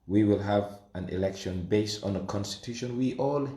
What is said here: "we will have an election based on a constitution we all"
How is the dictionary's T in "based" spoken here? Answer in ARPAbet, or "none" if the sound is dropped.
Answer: T